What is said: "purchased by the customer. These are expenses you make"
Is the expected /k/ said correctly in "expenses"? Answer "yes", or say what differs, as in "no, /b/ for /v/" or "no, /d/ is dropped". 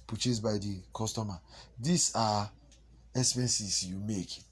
no, /k/ is dropped